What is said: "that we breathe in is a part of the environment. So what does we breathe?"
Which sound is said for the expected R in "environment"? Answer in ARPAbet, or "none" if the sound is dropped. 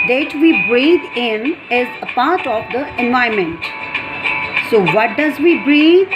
none